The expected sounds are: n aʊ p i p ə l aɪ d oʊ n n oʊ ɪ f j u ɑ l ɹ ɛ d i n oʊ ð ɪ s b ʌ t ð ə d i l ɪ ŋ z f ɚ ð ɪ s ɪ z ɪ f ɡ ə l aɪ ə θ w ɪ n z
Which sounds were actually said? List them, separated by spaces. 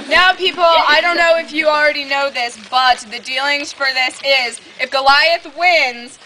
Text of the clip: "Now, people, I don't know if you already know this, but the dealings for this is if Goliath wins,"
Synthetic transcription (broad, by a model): n aʊ p i p l aɪ d oʊ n n oʊ ɪ f j ɑ l ɹ ɛ d i n oʊ ð ɪ s b ʌ t ð ə d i l ɪ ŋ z f ɚ ð ɪ s ɪ z ɪ f ɡ ə l aɪ ə θ w ɪ n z